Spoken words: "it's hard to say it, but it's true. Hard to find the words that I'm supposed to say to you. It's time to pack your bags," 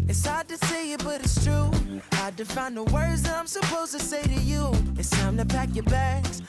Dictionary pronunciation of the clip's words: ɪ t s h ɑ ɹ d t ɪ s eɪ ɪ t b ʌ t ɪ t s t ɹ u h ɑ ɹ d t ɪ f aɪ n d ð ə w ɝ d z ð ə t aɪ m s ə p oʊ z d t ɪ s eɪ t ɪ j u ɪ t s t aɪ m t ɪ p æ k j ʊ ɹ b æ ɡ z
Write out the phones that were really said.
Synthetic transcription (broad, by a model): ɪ t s h ɑ ɹ d t ɪ s eɪ ɪ t b ʌ t ɪ t s t ɹ u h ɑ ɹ d t ɪ f aɪ n ð ə w ɝ d z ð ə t aɪ m s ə p oʊ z t ɪ s eɪ t ɪ j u ɪ t s t aɪ m t ɪ p æ k j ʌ ɹ b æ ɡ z